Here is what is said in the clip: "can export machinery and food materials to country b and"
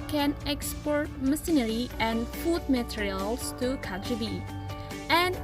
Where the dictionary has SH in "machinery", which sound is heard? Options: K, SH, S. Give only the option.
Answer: S